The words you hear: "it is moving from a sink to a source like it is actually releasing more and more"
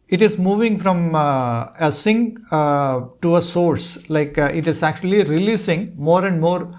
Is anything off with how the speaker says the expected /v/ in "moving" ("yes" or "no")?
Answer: no